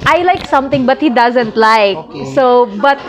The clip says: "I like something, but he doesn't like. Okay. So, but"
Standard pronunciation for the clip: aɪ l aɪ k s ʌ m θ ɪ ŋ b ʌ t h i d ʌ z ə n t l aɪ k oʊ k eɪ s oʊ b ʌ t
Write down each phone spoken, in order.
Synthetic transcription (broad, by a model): aɪ l aɪ k s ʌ m t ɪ ŋ b ʌ t h i d ʌ z ə n t l aɪ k k s oʊ b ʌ t